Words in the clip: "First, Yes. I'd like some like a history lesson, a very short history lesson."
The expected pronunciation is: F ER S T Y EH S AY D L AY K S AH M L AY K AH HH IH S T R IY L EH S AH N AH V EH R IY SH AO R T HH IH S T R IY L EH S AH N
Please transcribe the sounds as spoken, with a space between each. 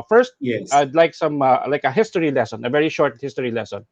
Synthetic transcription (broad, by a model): F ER S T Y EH AY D L AY K S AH M L AY K AH HH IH S T R IY L EH S AH N AH V EH R IY SH AO R T HH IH S T R IY L EH S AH N